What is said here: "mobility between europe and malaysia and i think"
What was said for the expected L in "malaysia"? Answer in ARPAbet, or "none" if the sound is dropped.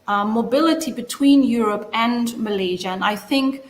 L